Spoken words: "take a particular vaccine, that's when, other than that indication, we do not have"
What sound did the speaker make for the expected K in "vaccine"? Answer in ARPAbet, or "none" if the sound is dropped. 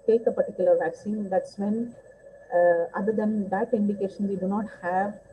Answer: K